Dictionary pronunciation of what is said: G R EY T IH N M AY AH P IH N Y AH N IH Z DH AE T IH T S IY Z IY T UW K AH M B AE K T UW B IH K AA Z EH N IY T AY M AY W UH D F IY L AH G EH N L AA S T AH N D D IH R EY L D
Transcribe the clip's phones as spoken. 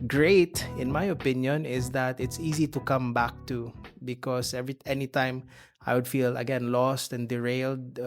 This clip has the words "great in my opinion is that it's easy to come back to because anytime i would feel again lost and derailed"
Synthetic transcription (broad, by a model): G R EY T IH N M AY AH P IH N Y AH N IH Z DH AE T IH T S IY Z IY T UW K AH M B AE K T UW B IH K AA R EH N IY T AY M AY W UH D F IY L AH G EH N L AA S T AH N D D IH R EY L D